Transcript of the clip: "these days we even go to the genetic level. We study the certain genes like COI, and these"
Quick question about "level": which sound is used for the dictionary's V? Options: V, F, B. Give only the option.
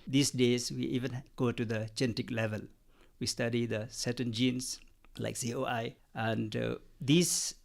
V